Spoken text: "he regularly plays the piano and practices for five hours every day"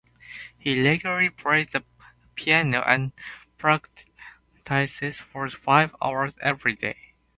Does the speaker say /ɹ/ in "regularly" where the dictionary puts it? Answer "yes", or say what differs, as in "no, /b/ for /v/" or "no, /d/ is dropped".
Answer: no, /l/ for /ɹ/